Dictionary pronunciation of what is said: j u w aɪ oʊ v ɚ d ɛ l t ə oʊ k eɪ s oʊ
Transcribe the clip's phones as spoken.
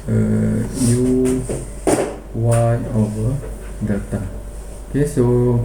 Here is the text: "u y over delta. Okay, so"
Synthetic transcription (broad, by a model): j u w aɪ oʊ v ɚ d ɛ t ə oʊ k eɪ s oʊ